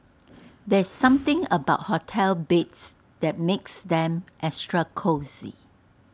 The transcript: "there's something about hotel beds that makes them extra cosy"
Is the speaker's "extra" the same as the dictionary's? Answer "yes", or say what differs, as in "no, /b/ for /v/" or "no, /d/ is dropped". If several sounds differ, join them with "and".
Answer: no, /k/ is dropped